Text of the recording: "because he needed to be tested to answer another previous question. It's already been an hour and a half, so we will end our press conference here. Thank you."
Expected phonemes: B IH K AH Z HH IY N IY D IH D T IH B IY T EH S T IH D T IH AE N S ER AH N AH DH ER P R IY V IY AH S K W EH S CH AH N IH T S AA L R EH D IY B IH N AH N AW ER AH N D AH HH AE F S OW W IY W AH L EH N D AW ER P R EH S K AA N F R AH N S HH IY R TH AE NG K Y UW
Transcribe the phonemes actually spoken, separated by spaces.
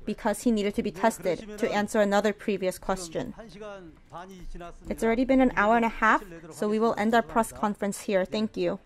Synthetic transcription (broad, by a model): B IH K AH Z HH IY N IY D IH D T IH B IY T EH S T IH D T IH AE N S ER AH N AH DH ER P R IY V IY AH S K W EH S CH AH N IH T S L R EH D IY B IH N AH N AW ER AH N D AH HH AE F S OW W IY W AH L EH N D AW ER P R EH S K AA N F R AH N S HH IY R TH AE NG K Y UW